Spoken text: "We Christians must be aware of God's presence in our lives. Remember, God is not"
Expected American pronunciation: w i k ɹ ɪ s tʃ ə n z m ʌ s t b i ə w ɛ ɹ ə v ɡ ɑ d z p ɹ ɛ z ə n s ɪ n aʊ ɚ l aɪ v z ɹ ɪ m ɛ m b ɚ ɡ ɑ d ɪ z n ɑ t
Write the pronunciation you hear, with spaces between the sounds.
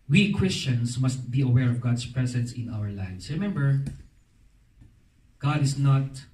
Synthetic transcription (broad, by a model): w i k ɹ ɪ s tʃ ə n s m ʌ s t b i ə w ɛ ɹ ə v ɡ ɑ d s p ɹ ɛ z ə n s ɪ n aʊ ɚ l aɪ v s ɹ ɪ m ɛ m b ɚ ɡ ɑ d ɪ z n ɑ t